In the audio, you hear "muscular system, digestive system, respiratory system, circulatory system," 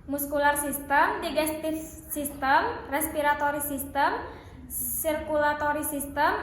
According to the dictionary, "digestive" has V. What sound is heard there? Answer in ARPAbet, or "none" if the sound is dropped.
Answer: F